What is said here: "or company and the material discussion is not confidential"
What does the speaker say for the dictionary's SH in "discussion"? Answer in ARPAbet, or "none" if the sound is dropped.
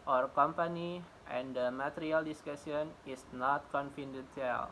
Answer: S